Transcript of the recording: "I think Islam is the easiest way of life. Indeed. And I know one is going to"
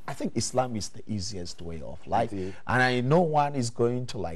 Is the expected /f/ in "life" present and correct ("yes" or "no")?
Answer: no